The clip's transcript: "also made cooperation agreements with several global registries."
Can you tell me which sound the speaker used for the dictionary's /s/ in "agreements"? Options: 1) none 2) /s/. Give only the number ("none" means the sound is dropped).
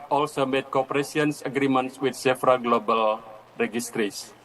2